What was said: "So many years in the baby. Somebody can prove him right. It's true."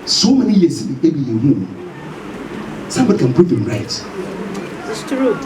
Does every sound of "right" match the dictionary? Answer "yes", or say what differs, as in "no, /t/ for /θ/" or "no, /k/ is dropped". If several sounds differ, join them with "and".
no, /t/ is dropped